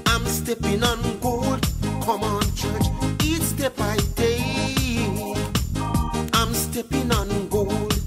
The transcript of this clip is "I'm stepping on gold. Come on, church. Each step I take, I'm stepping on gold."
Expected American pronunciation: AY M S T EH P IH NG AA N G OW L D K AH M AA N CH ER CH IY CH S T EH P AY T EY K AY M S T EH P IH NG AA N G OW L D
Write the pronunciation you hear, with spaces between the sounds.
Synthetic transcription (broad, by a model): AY M S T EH P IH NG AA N G OW L D K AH M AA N CH ER CH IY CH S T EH B AY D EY AY M S T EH P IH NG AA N G OW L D